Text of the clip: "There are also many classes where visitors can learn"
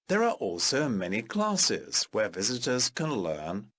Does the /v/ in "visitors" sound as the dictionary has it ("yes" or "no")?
yes